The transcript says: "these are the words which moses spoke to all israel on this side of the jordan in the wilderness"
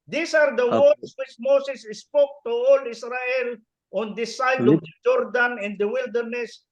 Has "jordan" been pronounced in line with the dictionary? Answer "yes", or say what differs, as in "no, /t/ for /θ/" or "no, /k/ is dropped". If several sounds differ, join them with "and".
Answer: yes